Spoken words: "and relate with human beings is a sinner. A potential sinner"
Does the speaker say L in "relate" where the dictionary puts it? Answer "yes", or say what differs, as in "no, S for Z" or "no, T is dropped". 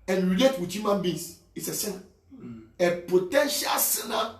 no, L is dropped